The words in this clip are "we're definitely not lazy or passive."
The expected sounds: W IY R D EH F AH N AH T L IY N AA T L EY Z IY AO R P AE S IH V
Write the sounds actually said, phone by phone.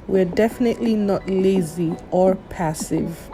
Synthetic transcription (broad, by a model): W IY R D EH F AH N AH T L IY N AA T L EY Z IY AO R P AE S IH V